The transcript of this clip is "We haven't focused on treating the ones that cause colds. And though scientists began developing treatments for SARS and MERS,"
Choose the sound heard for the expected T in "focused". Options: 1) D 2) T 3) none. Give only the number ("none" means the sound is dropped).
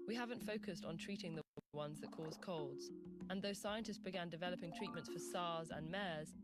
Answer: 2